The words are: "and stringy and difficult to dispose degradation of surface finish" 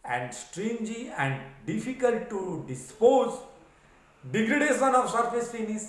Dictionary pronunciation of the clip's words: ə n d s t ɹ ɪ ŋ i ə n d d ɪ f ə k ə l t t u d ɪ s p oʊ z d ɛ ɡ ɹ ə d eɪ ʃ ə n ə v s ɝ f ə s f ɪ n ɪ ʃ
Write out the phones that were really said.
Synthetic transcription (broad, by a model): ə n d s t ɹ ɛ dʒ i ə n d d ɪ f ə k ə l t t u d ɪ s p oʊ z d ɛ ɡ ɹ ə d eɪ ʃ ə n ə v s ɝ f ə s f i n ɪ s